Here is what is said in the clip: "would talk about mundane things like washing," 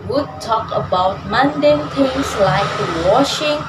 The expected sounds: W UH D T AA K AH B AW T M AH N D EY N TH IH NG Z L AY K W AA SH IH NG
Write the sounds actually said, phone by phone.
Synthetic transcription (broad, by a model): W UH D T AA K AH B AW T M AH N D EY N T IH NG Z L AY K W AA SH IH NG